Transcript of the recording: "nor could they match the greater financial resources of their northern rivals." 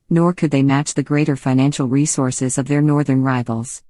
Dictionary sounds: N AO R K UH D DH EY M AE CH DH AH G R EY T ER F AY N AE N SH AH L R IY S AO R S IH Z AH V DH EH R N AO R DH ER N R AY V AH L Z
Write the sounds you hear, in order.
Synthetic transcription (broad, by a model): N AO R K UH D DH EY M AE CH DH AH G R EY T ER F AY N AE N SH L R IY S AO R S IH Z AH V DH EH R N AO R DH ER N R AY V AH L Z